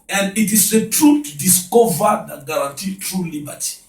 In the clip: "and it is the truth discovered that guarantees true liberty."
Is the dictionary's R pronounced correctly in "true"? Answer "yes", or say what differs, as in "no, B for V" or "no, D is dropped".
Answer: yes